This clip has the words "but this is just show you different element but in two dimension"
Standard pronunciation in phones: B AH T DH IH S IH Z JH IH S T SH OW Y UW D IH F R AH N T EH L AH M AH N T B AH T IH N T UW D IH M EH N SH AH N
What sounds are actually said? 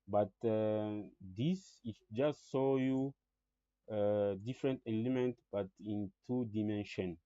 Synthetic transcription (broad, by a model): B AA T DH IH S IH JH IH S T S OW Y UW D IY F R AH N T EH L AH M AH N T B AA T IH N T UW D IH M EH N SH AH N